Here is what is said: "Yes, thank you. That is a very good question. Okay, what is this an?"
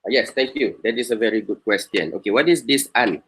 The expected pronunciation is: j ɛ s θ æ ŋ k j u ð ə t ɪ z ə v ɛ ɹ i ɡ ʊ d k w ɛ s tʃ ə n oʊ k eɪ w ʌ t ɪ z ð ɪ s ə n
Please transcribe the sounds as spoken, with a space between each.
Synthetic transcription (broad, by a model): j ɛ s t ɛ ŋ k j u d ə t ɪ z ə v ɛ ɹ i ɡ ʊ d k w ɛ s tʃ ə n oʊ k eɪ w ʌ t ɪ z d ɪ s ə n